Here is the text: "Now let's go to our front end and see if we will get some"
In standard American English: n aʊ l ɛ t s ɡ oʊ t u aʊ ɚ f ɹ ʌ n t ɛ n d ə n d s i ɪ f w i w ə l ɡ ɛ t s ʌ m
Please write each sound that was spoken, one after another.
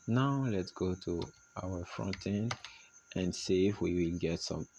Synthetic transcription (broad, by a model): n aʊ l ɛ t s ɡ oʊ t u aʊ ɚ f ɹ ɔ n t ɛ n ə n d s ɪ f w i w ə l ɡ ɛ t s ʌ m